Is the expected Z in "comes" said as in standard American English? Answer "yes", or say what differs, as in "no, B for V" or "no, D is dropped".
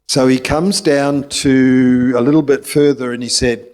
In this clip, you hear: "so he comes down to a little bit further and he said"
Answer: yes